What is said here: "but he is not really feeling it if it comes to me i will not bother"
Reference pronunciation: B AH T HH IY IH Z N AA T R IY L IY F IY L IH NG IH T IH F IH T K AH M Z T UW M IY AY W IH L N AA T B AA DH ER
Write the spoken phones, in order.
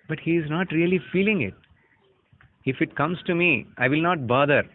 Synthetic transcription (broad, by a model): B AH T HH IY IH Z N AA T R IY L IY F IY L IH NG IH T IH F IH T K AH M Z T UW M IY AY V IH L N AA T B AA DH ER